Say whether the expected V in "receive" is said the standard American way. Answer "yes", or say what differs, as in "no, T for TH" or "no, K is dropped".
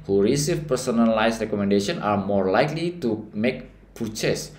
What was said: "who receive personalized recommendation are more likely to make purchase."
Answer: no, F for V